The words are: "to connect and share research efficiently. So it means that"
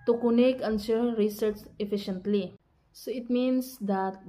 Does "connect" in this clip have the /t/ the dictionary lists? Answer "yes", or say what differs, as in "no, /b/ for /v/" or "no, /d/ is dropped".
no, /t/ is dropped